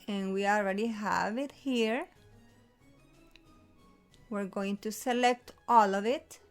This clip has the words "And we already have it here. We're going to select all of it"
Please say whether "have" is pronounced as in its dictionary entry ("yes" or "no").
yes